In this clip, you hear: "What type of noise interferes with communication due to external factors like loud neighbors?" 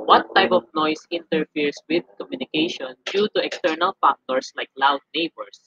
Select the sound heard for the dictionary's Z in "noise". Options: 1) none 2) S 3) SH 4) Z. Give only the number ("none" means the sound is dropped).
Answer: 2